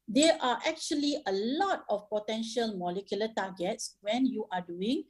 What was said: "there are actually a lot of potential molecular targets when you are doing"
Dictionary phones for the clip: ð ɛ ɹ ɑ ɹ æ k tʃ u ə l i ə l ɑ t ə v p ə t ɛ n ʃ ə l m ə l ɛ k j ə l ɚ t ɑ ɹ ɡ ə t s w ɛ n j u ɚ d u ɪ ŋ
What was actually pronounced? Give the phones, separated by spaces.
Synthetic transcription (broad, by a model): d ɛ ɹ ɑ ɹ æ k tʃ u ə l i ə l ɑ t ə f p ə t ɛ n ʃ ə l m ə l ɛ k j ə l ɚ t ɑ ɡ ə t s w ɛ n j u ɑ d u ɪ ŋ